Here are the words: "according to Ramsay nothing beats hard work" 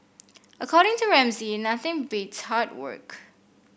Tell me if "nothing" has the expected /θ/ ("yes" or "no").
yes